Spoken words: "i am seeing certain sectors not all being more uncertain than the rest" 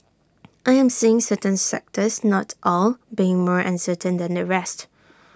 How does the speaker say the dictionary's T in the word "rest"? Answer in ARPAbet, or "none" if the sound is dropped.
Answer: T